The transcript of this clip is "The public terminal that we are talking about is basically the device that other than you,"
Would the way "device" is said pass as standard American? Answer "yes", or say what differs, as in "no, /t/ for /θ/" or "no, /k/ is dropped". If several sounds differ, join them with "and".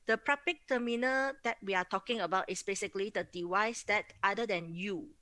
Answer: no, /w/ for /v/